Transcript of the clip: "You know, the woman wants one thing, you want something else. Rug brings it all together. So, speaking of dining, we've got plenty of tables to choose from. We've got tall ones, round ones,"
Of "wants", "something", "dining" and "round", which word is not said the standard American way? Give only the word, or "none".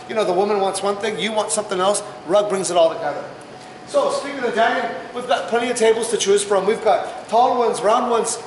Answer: dining